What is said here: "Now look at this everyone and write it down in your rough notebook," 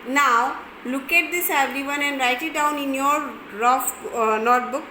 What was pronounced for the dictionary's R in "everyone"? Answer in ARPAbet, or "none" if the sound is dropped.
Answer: R